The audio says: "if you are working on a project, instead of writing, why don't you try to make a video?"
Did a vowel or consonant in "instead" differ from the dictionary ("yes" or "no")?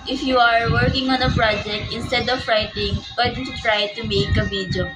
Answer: no